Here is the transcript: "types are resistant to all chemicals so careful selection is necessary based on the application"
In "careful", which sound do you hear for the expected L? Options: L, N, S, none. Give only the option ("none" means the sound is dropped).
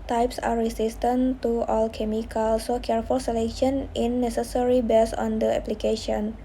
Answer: L